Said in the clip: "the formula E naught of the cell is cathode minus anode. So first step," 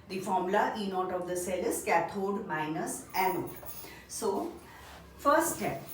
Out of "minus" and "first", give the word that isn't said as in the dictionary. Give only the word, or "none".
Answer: first